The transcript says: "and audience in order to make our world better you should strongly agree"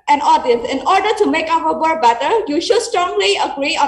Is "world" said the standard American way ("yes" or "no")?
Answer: no